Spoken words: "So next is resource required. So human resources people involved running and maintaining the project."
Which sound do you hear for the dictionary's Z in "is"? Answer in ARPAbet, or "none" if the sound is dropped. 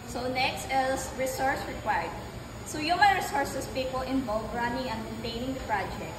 S